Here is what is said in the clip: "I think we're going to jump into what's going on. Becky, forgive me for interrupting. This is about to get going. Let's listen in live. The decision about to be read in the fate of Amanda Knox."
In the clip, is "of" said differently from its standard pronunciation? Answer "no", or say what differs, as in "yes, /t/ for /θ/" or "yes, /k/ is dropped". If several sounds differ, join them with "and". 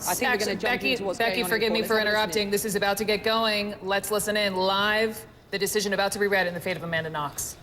no